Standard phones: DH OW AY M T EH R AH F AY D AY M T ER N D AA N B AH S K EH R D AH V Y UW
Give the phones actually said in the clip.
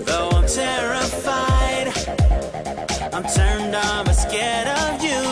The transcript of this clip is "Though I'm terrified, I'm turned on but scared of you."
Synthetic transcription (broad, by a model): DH OW AY M T EH R AH F AY D AY M T ER N D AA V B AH S K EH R D AH V Y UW